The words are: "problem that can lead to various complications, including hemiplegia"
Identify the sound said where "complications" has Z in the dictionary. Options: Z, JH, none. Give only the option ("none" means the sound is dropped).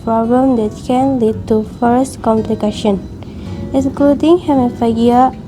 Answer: none